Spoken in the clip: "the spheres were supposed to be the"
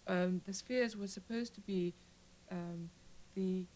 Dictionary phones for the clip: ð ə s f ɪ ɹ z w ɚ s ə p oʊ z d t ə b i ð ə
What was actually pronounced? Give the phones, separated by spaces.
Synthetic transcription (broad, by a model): ð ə s f ɪ ɹ z w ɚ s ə p oʊ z t ə b i ð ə